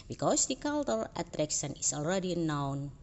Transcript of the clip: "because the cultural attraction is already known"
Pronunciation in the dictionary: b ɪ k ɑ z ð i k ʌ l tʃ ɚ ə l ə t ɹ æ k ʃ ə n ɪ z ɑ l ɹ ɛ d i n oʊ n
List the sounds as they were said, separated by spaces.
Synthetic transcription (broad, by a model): b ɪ k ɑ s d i k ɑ l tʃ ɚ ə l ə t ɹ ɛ k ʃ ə n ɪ s ɑ l ɹ ɛ d i n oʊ n